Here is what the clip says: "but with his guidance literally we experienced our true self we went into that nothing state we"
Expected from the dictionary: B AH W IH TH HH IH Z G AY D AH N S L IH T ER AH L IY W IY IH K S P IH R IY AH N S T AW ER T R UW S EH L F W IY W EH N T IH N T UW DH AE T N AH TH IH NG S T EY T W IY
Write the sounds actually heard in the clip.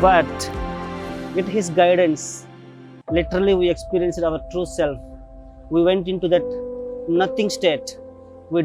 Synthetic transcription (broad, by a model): B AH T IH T HH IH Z G AY D AH N S L IH T ER AH L IY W IY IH K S P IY R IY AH N S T AW ER T R UW S EH L F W IY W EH N T IH N T UW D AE T N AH T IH NG S T EY T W IY